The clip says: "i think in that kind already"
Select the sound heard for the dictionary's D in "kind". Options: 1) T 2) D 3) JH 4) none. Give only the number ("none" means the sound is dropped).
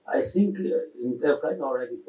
4